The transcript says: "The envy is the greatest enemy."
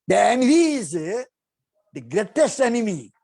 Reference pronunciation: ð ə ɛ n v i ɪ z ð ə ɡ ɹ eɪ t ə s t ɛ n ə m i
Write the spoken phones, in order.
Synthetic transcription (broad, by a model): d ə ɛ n i ɪ z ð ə ɡ ɹ eɪ t ə s t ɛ n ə m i